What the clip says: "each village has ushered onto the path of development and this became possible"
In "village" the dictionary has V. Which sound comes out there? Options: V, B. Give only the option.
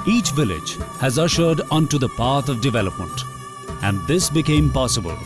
V